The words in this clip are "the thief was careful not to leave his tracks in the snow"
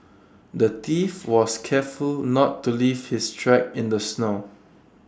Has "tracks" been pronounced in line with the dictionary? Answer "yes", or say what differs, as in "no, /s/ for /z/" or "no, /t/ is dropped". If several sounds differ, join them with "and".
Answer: no, /s/ is dropped